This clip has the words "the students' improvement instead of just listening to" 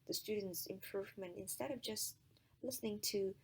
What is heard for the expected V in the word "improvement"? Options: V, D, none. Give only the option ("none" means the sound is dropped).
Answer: V